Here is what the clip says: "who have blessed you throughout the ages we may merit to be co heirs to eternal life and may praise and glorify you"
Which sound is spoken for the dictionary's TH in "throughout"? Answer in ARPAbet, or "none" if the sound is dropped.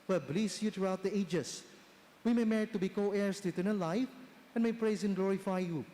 T